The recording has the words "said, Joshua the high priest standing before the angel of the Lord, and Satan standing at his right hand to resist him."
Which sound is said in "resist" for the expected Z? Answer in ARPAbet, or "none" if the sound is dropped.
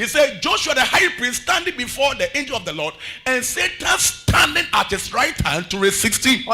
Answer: S